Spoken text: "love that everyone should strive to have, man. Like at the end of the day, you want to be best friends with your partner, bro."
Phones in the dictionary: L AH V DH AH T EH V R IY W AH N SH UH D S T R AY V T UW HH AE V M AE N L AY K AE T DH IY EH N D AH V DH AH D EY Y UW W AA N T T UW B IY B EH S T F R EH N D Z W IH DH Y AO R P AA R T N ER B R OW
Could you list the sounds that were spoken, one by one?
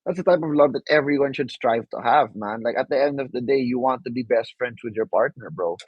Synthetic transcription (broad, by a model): L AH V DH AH T EH V R IY W AH N SH UH D S T R AY V T UW HH AE V M AE N L AY K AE T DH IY EH N D AH V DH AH D EY Y UW W AA N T T UW B IY B EH S T F R EH N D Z W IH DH Y AO R P AA R T N ER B R OW